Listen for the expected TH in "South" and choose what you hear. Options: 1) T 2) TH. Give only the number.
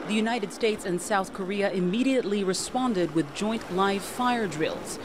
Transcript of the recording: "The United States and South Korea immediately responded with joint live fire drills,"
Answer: 2